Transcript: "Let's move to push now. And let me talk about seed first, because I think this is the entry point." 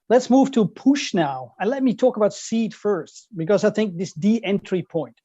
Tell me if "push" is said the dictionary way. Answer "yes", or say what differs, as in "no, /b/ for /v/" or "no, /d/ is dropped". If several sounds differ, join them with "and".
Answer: yes